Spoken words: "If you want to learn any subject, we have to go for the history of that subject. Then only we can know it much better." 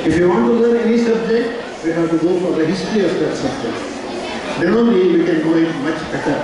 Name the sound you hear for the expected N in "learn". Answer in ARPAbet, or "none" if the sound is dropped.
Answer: none